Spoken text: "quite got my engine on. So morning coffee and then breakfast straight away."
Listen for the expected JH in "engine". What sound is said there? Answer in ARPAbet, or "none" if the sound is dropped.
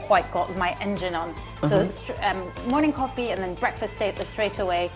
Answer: JH